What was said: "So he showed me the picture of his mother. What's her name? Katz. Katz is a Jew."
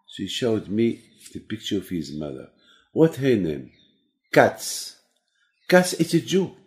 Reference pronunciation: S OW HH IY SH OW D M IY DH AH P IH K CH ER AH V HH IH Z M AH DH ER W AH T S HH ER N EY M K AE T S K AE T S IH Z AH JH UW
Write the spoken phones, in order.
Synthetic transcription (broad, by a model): S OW HH IY SH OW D M IY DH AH P IH K CH ER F HH IH Z M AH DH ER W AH T HH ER N EY M K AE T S K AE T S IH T AH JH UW